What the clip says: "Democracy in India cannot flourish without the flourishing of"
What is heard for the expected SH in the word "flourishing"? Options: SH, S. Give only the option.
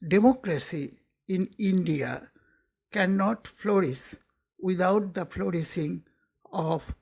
S